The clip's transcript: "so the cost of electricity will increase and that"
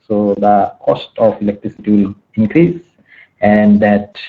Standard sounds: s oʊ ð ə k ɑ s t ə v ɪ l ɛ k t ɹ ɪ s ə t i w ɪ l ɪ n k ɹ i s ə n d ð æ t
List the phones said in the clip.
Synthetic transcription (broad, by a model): s oʊ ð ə k ɑ s t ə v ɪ l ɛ k t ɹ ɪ s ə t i w ɪ l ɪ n k ɹ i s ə n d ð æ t